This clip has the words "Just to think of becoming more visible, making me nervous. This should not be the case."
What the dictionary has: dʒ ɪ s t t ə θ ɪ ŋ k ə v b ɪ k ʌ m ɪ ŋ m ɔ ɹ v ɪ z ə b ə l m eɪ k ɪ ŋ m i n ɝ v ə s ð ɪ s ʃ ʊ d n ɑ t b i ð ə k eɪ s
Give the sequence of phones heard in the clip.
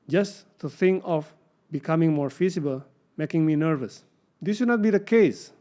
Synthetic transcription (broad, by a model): dʒ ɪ s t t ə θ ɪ ŋ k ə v b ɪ k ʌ m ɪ ŋ m ɔ ɹ f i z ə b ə l m eɪ k ɪ ŋ m i n ɝ v ə s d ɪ s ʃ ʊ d n ɑ t b i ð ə k eɪ s